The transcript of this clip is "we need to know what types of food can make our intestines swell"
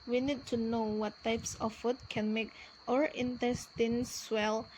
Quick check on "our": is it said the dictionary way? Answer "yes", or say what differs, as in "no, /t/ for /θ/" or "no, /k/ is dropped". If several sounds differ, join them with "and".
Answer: yes